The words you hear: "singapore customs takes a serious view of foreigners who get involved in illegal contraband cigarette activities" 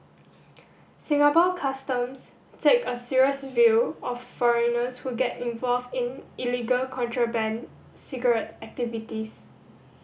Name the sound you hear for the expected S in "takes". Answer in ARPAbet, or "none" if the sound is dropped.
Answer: none